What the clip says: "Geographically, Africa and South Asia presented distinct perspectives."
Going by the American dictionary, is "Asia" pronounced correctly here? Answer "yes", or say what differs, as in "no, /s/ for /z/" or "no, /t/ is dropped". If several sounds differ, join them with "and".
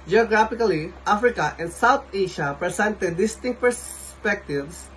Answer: no, /ʃ/ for /ʒ/